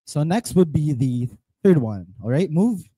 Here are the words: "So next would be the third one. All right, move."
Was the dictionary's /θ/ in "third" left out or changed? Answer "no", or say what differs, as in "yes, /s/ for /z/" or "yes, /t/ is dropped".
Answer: no